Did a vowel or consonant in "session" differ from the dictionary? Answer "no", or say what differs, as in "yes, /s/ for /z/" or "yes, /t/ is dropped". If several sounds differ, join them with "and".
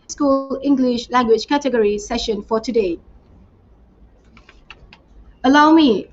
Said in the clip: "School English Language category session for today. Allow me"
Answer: no